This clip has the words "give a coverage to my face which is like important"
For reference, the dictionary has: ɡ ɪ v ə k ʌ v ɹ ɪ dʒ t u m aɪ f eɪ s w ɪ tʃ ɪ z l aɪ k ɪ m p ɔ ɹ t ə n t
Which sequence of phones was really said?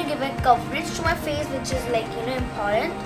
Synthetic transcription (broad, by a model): ɡ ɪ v ə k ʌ p ɹ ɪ tʃ t u m aɪ f eɪ s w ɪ tʃ ɪ z l aɪ k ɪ m p ɔ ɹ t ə n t